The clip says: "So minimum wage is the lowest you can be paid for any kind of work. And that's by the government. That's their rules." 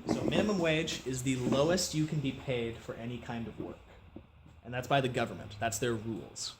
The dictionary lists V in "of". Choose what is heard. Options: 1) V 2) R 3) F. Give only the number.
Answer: 1